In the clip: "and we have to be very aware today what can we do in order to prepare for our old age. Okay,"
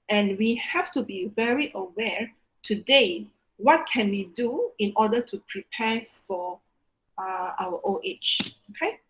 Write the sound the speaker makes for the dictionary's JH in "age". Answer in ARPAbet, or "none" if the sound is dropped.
CH